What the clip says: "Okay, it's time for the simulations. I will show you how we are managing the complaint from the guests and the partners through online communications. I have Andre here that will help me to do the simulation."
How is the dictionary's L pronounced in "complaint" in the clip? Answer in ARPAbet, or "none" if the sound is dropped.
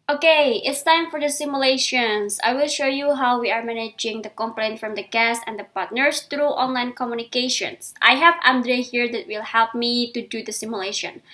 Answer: L